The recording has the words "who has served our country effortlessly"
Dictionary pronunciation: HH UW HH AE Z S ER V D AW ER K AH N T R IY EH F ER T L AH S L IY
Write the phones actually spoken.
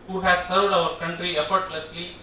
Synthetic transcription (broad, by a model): HH UW HH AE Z S ER V D AW ER K AH N T R IY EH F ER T L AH S L IY